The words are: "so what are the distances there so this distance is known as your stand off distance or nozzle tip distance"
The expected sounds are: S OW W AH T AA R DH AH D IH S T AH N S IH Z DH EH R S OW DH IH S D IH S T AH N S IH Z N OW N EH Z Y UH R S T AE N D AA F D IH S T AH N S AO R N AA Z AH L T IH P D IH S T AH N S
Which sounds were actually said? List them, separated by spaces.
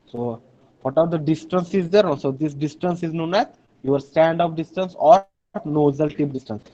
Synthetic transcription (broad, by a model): S OW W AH T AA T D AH D IH S T AH N S IH Z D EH R S OW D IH S D IH S T AH N S IH Z N OW N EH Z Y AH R S T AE N D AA P D IH S T AH N S AO R N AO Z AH L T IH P D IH S T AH N S